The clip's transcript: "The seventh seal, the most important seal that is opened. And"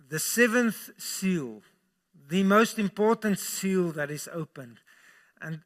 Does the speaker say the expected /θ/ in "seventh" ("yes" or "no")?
yes